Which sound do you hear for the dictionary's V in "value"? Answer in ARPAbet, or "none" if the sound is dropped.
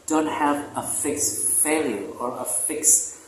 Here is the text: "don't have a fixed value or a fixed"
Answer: F